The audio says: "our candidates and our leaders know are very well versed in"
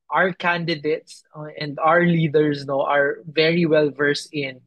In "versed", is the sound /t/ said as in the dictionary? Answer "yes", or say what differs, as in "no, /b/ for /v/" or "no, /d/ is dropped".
no, /t/ is dropped